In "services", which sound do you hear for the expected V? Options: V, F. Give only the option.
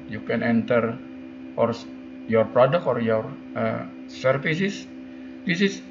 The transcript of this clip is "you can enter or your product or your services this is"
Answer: F